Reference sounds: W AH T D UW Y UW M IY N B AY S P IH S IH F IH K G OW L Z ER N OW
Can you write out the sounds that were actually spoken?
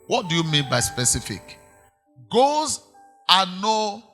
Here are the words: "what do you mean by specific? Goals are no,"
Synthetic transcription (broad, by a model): W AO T D UW Y UW M IY N B AY S P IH S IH F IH K G OW Z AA N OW